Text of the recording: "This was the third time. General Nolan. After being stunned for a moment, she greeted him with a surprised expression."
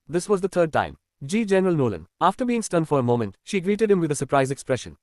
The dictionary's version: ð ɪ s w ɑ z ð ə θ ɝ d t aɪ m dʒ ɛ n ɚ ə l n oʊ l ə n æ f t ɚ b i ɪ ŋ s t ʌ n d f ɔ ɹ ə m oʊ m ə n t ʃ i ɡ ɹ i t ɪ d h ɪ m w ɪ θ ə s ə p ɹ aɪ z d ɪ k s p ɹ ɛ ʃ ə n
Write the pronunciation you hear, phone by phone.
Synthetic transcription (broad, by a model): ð ɪ s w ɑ z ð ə t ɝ d t aɪ m dʒ ɛ n ɚ ə l n oʊ l ə n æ f t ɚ b i ɪ ŋ s t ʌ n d f ɔ ɹ ə m oʊ m ə n t ʃ i ɡ ɹ i t ɪ d h ɪ m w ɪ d ə s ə p ɹ aɪ z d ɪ k s p ɹ ɛ ʃ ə n